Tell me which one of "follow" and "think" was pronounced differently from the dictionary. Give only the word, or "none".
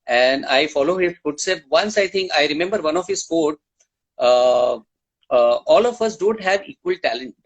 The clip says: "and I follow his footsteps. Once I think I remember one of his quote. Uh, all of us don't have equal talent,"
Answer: think